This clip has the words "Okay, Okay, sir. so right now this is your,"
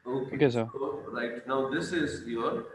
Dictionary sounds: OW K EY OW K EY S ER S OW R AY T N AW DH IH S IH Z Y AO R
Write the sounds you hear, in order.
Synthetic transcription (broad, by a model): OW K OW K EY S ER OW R AY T N AW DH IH S IH Z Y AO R